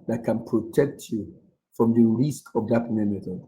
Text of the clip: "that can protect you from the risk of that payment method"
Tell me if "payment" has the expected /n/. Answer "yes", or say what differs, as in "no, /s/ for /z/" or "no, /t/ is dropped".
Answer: no, /n/ is dropped